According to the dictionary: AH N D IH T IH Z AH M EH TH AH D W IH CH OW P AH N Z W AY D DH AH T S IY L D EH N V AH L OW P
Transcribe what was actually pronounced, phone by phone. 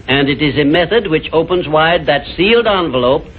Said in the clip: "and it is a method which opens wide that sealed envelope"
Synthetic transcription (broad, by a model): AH N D IH T IH Z AH M EH TH AH D W IH CH OW P AH N Z W AY D DH AH T S IY L D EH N V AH L OW P